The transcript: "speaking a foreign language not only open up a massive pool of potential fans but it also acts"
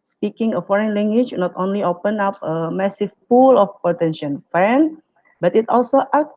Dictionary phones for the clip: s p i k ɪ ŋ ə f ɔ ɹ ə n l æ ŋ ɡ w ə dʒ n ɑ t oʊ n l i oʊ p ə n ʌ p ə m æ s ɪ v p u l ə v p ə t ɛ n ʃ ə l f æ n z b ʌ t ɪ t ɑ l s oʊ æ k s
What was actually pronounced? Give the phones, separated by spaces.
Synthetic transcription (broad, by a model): s p i k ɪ ŋ ə f ɔ ɹ ə n l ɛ ŋ ɡ w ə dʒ n ɑ t oʊ n l i oʊ p ə n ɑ p ə m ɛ s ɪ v p u l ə f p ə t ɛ n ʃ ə n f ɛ n b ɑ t ɪ t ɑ l s oʊ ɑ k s